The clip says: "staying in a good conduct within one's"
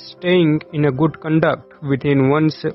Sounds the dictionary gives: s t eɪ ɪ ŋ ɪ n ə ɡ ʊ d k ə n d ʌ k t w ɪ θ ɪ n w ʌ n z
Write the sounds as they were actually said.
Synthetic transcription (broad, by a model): s t eɪ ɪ ŋ ɪ n ə ɡ ʊ d k ə n d ʌ k t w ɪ t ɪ n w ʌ n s